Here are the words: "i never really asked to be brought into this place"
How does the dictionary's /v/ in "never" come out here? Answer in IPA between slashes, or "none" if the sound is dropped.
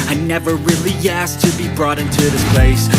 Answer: /v/